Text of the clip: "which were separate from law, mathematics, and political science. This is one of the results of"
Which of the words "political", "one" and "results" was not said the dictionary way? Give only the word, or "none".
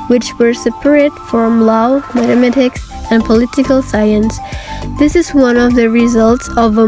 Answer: none